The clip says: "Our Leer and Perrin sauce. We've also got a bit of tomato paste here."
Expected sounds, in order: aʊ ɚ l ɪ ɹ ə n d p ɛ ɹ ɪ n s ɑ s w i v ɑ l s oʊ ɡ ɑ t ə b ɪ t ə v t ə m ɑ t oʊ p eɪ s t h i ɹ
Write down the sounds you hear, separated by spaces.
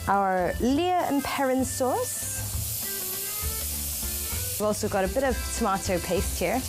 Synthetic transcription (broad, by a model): aʊ ɚ l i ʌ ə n p ɛ ɹ ɪ n s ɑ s w i v ɑ l s oʊ ɡ ɑ t ə b ɪ t ə v t ə m ɑ t oʊ p eɪ s t h i ɹ